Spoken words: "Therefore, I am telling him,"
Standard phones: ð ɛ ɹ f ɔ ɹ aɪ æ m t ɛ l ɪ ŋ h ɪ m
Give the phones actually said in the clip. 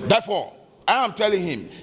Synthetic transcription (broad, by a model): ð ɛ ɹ f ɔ aɪ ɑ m t ɛ l ɪ ŋ h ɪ m